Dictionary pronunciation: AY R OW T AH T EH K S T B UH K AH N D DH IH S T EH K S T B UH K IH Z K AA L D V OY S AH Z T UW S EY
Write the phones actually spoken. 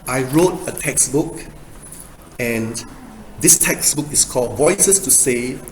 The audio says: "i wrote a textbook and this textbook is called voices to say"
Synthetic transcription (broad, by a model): AY R OW T AH T EH K S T B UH K AH N D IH S T EH K S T B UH K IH S K AA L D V OY S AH S T UW S EY